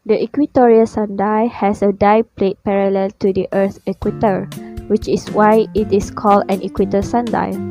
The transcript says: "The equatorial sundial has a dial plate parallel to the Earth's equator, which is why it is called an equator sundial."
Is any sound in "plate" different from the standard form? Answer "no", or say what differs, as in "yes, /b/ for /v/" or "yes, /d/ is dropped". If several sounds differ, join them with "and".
no